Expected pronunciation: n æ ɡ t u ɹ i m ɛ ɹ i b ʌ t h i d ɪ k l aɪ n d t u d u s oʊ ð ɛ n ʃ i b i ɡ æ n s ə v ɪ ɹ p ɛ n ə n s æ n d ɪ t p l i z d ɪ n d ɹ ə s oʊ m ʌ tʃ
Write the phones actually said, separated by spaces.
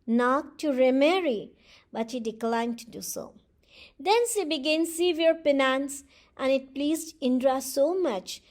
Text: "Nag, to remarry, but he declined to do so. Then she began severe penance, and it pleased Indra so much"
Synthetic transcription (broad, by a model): n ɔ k t u ɹ i m ɛ ɹ i b ʌ t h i d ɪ k l aɪ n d t u d u s oʊ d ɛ n s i b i ɡ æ n s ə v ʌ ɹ p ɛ n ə n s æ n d ɪ t p l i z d ɪ n d ɹ ə s oʊ m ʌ tʃ